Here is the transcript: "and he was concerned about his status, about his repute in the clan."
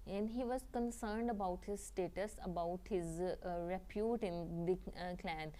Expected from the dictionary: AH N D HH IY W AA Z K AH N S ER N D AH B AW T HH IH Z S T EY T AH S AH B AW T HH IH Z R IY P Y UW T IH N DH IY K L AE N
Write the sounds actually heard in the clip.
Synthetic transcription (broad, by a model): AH N D HH IY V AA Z K AH N S ER N D AH B AW T HH IH Z S T EY T AH S AH B AW T HH IH Z R IY P Y UW T IH N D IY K L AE N